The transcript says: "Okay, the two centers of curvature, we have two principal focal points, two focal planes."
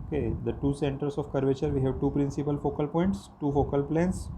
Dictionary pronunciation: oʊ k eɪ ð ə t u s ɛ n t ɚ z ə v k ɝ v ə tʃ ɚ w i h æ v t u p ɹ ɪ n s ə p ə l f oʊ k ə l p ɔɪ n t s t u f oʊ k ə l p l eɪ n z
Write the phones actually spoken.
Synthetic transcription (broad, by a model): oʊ k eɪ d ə t u s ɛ n t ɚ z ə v k ɝ v ə tʃ ɚ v i h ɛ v t u p ɹ ɪ n s ə p ə l f oʊ k ə l p ɔɪ n t s t u f oʊ k ə l p l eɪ n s